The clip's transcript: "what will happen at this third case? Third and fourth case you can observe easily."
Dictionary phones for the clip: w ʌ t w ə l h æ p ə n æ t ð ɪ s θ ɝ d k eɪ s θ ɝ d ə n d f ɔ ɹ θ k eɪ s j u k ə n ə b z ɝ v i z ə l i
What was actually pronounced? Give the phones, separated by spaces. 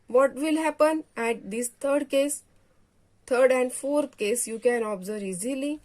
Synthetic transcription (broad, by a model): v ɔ t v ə l h æ p ə n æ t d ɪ s t ɝ d k eɪ s t ɝ d ə n d f ɔ ɹ t k eɪ s j u k ə n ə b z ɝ i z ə l i